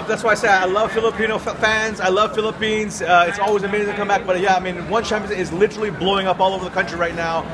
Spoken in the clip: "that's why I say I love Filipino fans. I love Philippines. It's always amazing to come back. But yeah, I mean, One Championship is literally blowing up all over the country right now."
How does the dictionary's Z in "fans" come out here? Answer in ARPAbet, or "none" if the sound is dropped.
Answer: Z